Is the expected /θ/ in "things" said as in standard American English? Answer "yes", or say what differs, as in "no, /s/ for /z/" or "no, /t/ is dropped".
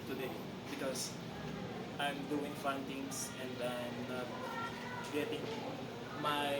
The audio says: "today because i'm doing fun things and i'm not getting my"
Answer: no, /t/ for /θ/